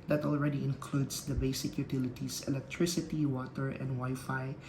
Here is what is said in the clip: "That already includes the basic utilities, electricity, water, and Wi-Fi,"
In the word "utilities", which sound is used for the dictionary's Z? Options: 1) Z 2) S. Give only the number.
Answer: 2